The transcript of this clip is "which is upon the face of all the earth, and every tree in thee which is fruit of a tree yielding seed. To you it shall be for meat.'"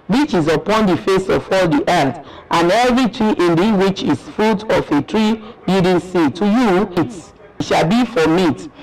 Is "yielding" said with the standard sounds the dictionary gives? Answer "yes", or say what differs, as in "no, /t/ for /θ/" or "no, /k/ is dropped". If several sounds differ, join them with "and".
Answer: no, /l/ is dropped